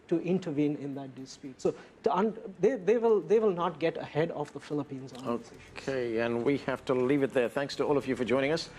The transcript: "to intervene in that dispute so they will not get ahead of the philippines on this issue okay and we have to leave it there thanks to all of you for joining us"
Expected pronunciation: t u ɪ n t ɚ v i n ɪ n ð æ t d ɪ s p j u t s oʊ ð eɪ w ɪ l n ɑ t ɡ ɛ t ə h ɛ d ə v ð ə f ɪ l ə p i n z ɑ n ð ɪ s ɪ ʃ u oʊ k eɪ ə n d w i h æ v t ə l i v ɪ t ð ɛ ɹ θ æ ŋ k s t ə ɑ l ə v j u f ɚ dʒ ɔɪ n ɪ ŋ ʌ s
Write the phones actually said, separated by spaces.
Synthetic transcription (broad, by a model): t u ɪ n t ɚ v i n ɪ n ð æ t d ɪ s p j u t s oʊ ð eɪ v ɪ l n ɑ t ɡ ɛ t ə h ɛ d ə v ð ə f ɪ l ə p i n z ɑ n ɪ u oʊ k eɪ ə n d w i h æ f t ə l i v ɪ t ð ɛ ɹ θ æ ŋ k s t ə ɑ l ə v j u f ɚ dʒ ɔɪ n ɪ ŋ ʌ s